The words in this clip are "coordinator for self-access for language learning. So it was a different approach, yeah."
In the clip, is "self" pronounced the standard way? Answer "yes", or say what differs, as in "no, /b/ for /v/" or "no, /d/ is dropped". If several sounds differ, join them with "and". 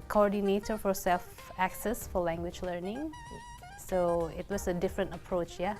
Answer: yes